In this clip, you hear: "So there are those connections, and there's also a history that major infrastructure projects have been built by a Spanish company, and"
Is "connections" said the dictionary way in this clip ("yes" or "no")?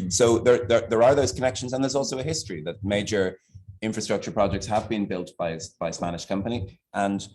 yes